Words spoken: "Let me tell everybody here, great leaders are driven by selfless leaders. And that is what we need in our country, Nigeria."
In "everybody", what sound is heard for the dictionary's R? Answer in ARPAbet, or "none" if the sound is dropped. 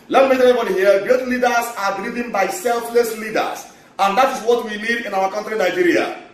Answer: none